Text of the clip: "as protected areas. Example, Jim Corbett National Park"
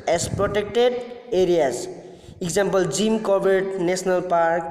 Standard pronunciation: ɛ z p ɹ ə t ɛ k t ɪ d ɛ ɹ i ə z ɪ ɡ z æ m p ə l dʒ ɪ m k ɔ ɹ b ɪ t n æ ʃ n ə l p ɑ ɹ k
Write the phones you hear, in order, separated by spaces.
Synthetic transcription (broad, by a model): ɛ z p ɹ ə t ɛ k t ɪ d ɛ ɹ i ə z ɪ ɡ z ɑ m p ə l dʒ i m k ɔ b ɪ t n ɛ s n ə l p ɑ ɹ k